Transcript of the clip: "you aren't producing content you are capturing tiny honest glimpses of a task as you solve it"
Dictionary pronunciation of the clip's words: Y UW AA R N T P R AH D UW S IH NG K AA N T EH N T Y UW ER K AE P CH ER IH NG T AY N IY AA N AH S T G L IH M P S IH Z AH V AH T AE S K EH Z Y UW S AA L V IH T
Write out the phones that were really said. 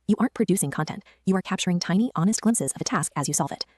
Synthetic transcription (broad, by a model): Y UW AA R N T P R AH D UW S IH NG K AA N T EH N T Y UW ER K AE P CH ER IH NG T AY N IY AA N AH S T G L IH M S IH Z AH V AH T AE S K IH Z Y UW S AA L V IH T